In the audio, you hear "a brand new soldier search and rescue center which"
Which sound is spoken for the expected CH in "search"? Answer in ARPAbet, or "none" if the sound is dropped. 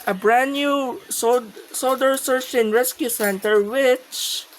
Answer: S